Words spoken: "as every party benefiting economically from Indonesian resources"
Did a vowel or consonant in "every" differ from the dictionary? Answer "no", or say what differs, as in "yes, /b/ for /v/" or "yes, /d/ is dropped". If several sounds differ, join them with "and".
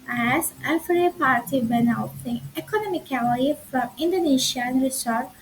yes, /f/ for /v/